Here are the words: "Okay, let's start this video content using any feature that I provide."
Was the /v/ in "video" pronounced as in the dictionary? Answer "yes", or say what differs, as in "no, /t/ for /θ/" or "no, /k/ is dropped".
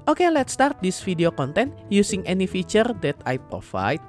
no, /f/ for /v/